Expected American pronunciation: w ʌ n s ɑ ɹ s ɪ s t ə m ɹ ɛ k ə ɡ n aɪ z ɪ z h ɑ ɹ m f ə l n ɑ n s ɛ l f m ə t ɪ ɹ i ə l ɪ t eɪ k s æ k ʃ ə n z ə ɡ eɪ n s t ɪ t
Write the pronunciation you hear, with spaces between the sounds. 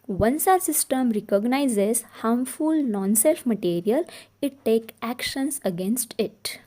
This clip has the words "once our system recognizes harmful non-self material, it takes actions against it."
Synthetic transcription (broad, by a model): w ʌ n s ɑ s ɪ s t ə m ɹ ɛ k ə ɡ n aɪ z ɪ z h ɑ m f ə l n ɑ n s ɛ l f m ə t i ɹ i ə l ɪ t eɪ k æ k ʃ ə n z ə ɡ eɪ n s t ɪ t